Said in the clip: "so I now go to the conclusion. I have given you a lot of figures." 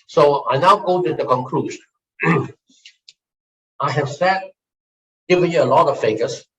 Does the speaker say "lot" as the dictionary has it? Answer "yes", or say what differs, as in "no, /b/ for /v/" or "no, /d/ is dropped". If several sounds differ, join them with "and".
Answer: yes